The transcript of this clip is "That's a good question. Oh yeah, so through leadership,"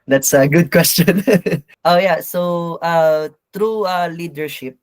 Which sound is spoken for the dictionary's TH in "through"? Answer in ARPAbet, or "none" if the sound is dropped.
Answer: T